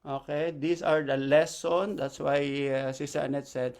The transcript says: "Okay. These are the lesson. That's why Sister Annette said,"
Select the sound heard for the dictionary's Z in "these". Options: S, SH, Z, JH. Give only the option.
S